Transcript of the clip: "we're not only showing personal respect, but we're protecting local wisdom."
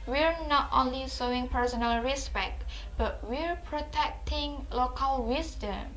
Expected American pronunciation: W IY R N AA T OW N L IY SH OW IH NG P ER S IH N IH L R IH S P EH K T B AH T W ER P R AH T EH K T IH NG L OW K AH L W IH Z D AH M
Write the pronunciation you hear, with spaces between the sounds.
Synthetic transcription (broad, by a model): W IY R N AA T OW N L IY S OW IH NG P ER S IH N IH L R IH S P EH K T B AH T W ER P R AH T EH K T IH NG L OW K AH L W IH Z D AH M